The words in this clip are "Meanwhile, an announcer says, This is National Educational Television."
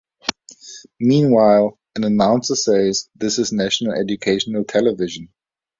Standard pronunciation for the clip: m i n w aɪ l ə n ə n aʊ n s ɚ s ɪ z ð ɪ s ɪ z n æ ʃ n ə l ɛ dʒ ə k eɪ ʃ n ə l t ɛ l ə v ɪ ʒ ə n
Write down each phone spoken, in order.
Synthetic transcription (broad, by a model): m i n w aɪ l ə n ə n aʊ n s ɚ s ɪ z ð ɪ s ɪ z n æ ʃ n ə l ɛ dʒ ə k eɪ ʃ n ə l t ɛ l ə v ɪ ʒ ə n